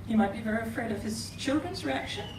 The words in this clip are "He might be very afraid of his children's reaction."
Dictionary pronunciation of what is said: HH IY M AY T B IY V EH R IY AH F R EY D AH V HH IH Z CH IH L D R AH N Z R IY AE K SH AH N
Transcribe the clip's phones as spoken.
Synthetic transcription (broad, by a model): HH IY M AY T B IY V EH R IY AH F R EY D AH V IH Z CH IH L D R AH N Z R IY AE K SH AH N